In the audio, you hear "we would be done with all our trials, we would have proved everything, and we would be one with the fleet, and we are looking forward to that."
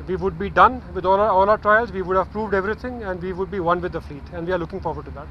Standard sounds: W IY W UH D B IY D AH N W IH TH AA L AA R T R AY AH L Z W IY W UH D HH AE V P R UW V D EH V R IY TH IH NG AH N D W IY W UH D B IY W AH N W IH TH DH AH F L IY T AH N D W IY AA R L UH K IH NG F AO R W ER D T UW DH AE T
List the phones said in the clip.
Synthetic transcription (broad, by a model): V IY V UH D B IY D AH N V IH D AA L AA L T R AY AH L Z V IY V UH D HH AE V P R UW V D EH V R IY T IH NG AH N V IY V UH D B IY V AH N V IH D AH F L IY T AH N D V IY AA R L UH K IH NG F AO R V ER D T UW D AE T